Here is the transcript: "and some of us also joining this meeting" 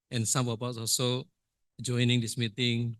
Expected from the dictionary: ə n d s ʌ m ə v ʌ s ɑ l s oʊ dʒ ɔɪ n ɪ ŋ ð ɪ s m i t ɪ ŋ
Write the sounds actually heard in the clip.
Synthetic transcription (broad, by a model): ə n s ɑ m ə p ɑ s ɑ l s oʊ dʒ ɔɪ n ɪ ŋ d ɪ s m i t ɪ ŋ